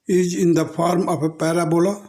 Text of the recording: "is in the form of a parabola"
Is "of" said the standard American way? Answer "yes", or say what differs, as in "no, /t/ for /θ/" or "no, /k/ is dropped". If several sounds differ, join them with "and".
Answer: no, /p/ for /v/